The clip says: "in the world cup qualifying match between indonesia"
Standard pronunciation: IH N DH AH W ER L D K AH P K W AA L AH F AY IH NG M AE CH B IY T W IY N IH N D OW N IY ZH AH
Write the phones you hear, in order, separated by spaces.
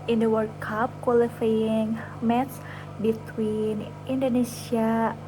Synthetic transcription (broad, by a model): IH N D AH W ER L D K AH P K W AA L AH F AY IH NG M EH S B IY T W IY N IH N D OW N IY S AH